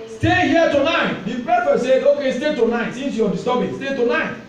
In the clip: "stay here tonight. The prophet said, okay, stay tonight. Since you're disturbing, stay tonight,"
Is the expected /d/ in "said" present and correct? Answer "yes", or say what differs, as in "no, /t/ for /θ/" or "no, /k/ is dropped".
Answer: no, /d/ is dropped